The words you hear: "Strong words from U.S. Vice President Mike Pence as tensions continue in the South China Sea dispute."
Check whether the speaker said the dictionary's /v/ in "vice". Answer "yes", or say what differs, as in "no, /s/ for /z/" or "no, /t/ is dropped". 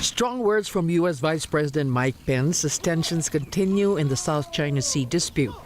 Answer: yes